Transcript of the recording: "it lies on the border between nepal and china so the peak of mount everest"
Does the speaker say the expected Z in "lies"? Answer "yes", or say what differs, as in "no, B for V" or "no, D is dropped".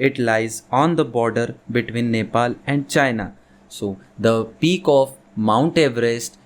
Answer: yes